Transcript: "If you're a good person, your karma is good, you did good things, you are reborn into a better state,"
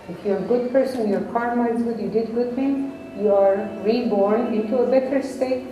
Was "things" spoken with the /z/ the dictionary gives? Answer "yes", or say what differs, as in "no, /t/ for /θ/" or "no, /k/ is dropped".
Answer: no, /z/ is dropped